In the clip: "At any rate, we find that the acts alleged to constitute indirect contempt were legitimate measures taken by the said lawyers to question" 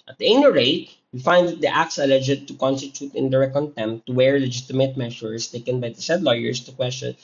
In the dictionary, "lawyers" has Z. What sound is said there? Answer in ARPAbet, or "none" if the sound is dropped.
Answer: S